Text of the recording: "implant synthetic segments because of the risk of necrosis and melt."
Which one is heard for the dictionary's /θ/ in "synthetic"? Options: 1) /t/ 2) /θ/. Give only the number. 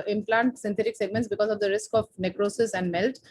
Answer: 1